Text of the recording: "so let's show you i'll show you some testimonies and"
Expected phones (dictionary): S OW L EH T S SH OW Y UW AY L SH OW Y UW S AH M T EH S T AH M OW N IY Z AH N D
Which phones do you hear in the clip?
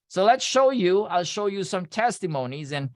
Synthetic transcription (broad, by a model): S OW L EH T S SH OW Y UW AY L SH OW Y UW S AH M T EH S T AH M OW N IY Z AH N